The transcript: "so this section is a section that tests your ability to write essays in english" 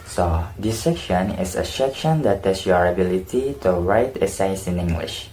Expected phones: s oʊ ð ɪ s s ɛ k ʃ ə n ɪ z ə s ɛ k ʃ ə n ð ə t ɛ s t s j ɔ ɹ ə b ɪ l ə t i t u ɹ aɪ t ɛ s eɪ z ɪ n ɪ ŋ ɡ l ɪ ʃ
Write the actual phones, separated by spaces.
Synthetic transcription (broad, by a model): s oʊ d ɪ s s ɛ k ʃ ə n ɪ s ə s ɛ k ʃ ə n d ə t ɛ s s j ɔ ɹ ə b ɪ l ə t i t u ɹ aɪ t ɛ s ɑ s ɪ n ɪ ŋ ɡ l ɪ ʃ